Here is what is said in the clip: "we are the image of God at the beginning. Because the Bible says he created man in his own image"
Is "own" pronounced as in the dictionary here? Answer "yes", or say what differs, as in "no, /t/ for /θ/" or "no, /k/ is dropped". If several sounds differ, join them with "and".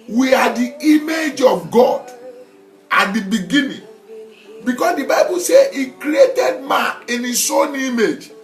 yes